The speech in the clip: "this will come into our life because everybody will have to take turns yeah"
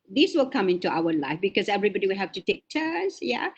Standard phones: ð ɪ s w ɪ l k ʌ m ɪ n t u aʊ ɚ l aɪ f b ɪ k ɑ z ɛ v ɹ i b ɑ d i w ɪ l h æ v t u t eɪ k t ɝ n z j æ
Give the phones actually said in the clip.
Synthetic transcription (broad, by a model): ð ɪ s w ɪ l k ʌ m ɪ n t u aʊ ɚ l aɪ f b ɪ k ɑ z ɛ v ɹ i b ɑ d i w ɪ l h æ f t u t eɪ k t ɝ n s j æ